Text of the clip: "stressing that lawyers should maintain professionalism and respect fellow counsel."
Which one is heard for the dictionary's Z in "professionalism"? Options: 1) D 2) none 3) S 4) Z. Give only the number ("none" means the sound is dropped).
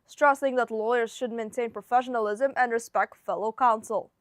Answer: 4